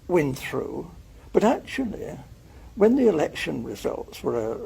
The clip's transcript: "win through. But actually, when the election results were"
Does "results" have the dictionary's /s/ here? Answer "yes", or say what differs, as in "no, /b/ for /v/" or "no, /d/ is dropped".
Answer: yes